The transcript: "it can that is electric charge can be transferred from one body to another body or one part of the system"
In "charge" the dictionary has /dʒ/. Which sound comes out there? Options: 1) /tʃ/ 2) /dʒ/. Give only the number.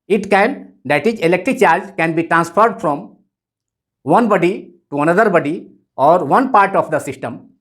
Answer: 2